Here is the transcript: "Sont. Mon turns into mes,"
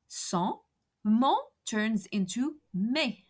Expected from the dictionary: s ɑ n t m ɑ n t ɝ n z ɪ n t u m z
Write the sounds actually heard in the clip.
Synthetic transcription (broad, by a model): s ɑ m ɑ t ɝ n z ɪ n t u m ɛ